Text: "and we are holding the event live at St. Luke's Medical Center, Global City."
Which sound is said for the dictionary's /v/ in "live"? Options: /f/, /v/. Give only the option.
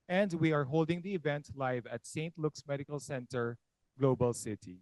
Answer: /v/